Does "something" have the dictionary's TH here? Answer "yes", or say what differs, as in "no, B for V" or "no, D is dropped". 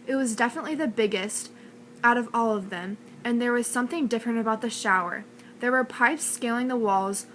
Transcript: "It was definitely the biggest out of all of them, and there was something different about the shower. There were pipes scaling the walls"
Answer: yes